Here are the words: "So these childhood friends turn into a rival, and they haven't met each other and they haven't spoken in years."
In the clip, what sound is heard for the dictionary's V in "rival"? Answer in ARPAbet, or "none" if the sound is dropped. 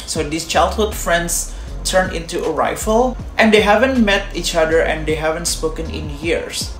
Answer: F